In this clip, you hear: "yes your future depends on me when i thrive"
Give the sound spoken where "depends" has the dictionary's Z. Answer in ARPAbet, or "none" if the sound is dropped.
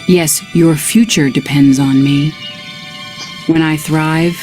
Z